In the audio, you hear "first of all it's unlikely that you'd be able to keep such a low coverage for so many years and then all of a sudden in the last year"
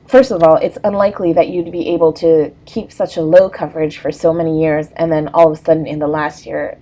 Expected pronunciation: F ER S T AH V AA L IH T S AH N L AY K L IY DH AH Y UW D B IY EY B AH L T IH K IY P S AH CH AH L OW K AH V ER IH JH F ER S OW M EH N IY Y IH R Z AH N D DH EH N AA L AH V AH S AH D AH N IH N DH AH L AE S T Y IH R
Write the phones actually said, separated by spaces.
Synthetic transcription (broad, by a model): F ER S T AH V AA L IH T S AH N L AY K L IY DH AH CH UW D B IY EY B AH L T IH K IY P S AH CH AH L OW K AH V ER IH JH F ER S OW M EH N IY Y IH R Z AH N DH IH N AA L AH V AH S AH D N IH N DH AH L AE S T Y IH R